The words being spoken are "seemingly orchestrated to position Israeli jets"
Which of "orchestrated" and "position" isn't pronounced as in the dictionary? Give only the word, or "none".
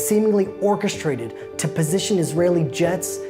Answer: none